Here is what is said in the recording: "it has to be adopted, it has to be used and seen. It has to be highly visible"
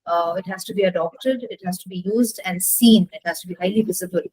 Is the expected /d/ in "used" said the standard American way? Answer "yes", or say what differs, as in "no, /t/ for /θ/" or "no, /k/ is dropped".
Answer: yes